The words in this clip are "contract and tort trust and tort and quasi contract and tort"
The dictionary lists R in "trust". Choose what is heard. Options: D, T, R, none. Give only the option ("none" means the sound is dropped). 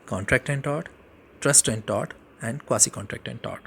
R